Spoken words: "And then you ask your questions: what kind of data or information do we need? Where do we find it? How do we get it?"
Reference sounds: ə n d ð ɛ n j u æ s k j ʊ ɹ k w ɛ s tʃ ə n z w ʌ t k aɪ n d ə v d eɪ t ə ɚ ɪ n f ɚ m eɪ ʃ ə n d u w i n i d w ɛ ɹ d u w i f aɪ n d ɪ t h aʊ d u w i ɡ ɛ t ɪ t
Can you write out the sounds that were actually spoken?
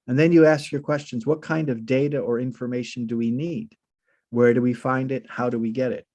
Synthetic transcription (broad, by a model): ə n ð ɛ n j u æ s k j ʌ ɹ k w ɛ s tʃ ə n z w ʌ t k aɪ n d ə v d eɪ t ə ɚ ɪ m f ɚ m eɪ ʃ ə n d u w i n i d w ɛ ɹ d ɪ w i f aɪ n d ɪ t h aʊ d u w i ɡ ɛ t ɪ t